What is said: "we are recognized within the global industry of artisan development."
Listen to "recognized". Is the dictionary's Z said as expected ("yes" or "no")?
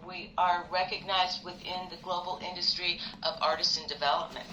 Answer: yes